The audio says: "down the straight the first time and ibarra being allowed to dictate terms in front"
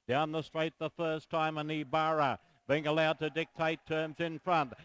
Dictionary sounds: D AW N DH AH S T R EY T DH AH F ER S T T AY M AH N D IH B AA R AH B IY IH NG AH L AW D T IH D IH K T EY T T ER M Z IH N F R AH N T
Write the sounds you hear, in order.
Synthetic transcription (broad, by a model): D AW N DH AH S T R EY T DH AH F ER S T T AY M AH N IH B AA R AH B IY IH NG AH L AW D T IH D IH K T EY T T ER M Z IH N F R AH N T